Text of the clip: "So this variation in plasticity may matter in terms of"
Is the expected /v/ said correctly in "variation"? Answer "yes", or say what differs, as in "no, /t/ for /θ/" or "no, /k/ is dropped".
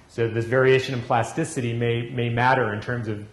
yes